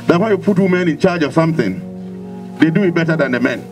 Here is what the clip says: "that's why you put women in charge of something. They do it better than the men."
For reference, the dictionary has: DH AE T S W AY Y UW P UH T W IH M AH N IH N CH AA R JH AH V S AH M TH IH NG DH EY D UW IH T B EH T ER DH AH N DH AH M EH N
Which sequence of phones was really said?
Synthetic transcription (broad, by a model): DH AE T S W AY Y UW P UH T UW M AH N IH N CH AA R JH AH V S AH M TH IH NG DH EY D UW IH T B EH T ER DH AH N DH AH M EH N